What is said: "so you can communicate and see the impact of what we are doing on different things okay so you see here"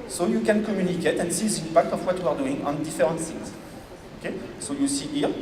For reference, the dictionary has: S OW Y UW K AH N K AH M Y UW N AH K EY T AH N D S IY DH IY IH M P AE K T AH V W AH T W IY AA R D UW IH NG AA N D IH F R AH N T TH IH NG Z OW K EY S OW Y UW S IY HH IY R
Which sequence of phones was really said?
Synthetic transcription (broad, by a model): S OW Y UW K AH N K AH M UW N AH K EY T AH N S IY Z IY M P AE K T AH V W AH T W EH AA R D UW IH NG AA N D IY F R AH T S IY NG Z OW K EY S OW Y UW S IY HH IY R